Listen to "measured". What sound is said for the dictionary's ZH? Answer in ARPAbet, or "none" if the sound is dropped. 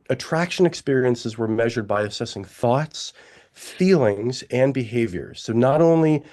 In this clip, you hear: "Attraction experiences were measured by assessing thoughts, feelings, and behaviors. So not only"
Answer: ZH